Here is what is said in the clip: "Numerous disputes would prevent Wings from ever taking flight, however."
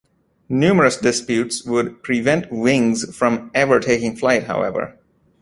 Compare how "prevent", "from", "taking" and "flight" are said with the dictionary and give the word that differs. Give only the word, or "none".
none